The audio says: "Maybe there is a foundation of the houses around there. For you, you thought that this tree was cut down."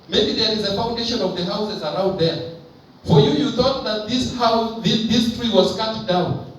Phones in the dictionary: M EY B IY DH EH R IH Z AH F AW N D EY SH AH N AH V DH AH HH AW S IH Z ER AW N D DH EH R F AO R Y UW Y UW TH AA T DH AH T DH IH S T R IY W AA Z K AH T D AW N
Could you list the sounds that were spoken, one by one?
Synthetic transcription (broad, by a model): M EY B IY DH EH R IH Z AH F AW N D EY SH AH N AH V DH AH HH AW S IH Z ER AW N D DH EH R F AO R Y UW Y UW TH AA T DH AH T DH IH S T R IY W AA Z K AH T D AW N